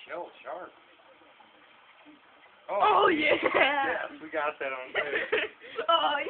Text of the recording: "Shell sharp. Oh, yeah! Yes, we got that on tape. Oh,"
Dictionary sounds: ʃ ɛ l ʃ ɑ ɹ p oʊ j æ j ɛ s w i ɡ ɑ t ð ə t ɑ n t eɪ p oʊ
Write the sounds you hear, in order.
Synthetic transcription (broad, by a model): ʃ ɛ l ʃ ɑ ɹ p oʊ j æ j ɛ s w i ɡ ɑ t ð ə t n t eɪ oʊ